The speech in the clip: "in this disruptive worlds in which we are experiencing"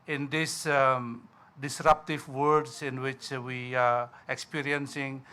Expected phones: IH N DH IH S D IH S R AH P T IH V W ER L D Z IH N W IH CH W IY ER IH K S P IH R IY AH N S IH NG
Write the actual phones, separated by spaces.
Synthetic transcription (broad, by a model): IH N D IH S D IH S R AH P T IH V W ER D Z IH N W IH CH W IY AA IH K S P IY R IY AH N S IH NG